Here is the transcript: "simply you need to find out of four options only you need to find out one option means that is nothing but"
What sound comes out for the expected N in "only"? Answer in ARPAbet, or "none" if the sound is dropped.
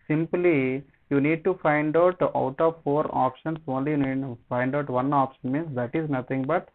N